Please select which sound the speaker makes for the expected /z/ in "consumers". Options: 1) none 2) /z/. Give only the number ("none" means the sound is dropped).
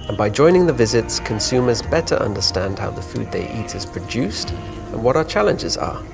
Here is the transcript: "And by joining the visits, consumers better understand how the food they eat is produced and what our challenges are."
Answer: 2